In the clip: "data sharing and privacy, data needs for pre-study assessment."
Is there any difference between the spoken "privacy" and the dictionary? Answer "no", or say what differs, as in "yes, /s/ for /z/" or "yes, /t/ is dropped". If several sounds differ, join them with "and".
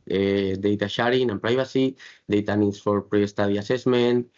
yes, /b/ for /v/